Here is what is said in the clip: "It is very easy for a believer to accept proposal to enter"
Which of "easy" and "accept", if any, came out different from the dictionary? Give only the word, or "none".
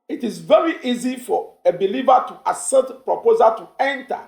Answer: accept